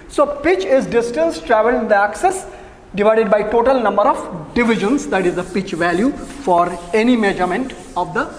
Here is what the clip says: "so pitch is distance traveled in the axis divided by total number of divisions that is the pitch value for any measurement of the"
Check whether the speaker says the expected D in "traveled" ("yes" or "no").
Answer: no